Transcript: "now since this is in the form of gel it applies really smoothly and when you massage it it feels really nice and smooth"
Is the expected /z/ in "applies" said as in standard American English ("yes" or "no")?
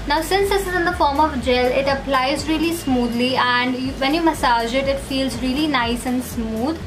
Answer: yes